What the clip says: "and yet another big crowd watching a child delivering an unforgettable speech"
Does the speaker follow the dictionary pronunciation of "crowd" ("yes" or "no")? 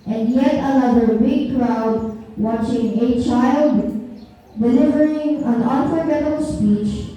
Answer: yes